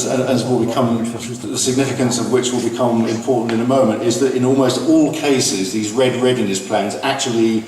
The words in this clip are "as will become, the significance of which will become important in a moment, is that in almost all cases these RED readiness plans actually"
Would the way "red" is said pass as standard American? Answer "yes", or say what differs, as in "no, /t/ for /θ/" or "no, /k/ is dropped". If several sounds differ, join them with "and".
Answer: yes